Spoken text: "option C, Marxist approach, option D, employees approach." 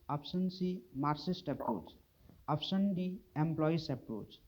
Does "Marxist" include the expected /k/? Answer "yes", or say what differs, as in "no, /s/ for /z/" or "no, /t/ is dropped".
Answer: no, /k/ is dropped